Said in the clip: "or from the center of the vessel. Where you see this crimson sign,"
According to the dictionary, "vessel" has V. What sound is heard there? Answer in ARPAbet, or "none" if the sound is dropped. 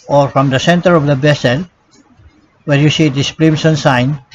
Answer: B